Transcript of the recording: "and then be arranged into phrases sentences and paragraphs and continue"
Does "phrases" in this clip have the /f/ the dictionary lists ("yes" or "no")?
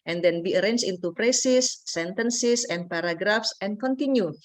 no